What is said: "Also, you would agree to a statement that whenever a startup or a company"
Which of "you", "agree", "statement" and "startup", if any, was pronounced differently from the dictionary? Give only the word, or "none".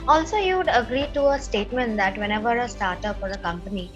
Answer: startup